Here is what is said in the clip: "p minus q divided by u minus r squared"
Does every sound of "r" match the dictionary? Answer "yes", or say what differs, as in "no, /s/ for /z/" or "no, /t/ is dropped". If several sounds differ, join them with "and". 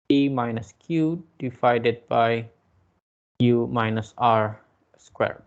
yes